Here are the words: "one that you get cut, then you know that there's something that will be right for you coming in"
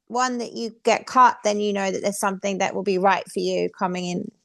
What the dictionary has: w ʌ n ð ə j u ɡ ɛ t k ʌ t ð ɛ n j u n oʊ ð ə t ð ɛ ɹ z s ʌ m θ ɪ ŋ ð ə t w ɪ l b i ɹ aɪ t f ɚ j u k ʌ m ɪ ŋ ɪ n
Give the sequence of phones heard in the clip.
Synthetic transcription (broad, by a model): w ʌ n ð ə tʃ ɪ ɡ ɛ t k ʌ t ð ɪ n j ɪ n oʊ ð ə t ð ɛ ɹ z s ʌ m θ ɪ ŋ ð ə t w ɪ l b i ɹ aɪ t f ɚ j u k ʌ m ɪ ŋ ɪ n